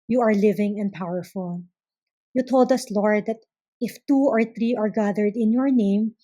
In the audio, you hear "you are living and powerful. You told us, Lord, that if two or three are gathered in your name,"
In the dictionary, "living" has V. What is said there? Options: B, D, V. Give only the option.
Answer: V